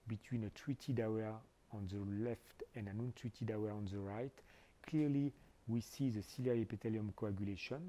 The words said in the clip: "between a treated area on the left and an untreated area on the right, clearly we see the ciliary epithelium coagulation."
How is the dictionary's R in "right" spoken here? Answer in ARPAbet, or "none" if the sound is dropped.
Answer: R